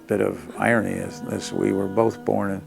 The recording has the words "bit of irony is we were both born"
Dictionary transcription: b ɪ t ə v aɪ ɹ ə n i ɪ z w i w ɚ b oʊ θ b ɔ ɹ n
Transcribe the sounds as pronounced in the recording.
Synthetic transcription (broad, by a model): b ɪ t ə v aɪ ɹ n i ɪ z w i w ɚ b oʊ θ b ɔ ɹ n